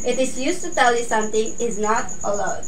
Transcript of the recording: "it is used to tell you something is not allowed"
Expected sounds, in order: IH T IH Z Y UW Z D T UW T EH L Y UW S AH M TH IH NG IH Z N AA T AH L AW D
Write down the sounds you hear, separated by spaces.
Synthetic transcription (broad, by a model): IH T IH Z Y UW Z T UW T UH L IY S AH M T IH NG IH Z N AA T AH L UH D